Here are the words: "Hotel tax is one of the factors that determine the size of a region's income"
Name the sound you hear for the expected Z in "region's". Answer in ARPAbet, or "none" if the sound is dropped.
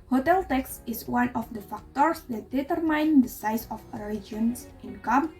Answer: S